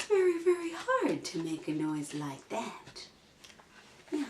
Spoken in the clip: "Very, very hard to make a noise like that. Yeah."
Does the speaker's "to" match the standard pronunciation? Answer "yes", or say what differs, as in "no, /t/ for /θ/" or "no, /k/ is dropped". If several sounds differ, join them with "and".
yes